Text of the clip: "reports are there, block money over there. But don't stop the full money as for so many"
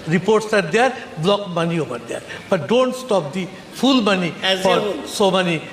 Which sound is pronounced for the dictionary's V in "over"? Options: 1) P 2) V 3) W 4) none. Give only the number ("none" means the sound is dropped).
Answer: 1